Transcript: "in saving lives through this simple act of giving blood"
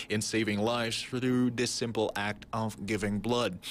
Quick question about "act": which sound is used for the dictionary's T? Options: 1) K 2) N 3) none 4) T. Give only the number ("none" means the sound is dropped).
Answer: 4